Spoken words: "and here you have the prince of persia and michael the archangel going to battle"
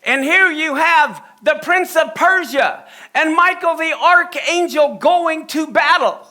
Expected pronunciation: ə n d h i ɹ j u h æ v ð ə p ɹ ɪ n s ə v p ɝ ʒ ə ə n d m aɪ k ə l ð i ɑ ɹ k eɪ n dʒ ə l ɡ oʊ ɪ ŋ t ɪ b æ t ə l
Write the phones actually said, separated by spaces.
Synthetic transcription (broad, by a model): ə n h i ɹ j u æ v ð ə p ɹ ɪ n s ə v p ɝ ʒ ə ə n m aɪ k l ð i ɑ ɹ k eɪ n dʒ ə l ɡ oʊ ɪ ŋ t ɪ b æ t l